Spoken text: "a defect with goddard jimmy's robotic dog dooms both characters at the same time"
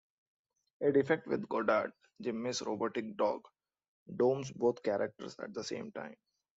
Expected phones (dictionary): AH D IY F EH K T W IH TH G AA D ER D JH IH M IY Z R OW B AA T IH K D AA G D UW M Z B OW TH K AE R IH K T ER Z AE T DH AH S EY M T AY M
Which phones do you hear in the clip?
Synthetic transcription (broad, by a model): AH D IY F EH K T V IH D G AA D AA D JH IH M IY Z R OW B AA T IH K D AA G D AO M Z B OW T K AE R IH K T ER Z AE T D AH S EY M T AY M